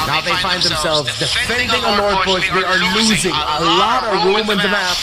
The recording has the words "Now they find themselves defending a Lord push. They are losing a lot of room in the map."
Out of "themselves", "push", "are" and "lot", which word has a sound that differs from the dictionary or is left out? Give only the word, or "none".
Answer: push